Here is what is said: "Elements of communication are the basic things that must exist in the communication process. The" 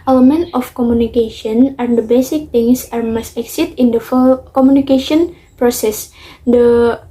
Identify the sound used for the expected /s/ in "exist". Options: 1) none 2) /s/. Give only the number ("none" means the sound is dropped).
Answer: 1